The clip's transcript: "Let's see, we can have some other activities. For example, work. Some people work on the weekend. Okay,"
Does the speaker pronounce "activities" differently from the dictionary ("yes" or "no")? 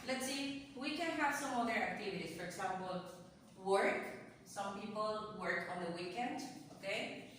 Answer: yes